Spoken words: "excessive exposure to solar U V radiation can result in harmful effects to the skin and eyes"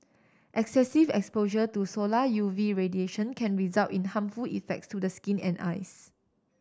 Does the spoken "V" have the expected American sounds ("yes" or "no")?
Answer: yes